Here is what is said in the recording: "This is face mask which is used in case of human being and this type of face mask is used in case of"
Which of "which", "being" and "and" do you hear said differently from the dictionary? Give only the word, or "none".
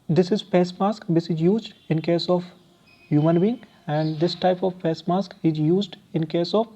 which